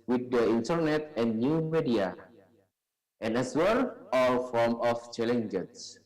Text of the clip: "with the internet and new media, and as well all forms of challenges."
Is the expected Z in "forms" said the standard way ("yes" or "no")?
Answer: no